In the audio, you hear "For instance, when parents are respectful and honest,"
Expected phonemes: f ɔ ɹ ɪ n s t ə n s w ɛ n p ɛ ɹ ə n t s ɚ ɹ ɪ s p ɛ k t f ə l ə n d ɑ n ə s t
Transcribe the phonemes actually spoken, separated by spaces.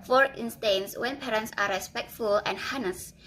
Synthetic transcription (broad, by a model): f ɔ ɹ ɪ n s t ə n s w ɛ n p ɛ ɹ ə n t s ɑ ɹ ɪ s p ɛ k t f ə l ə n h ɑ n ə s